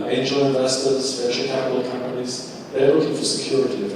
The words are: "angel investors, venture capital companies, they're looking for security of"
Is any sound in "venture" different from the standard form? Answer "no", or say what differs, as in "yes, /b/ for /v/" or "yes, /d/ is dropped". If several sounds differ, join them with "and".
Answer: yes, /p/ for /v/